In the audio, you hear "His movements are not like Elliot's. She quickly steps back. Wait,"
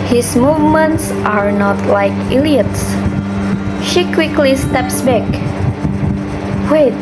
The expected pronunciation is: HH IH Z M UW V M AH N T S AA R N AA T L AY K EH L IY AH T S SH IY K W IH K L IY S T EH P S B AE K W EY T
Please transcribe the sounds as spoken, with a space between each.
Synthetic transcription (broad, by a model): HH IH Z M UW V M AH N T S AA R N AA T L AY K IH L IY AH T S SH IY K W IH K L IY S T EH P S B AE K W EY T